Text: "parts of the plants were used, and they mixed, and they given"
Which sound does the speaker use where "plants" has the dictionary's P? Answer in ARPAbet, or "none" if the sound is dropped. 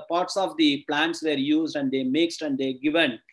P